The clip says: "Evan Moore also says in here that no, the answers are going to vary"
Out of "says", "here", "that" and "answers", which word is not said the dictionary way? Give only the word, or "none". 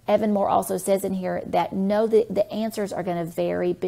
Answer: none